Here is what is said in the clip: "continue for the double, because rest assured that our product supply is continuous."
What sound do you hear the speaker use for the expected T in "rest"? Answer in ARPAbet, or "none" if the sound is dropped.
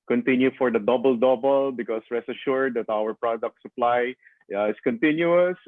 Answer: none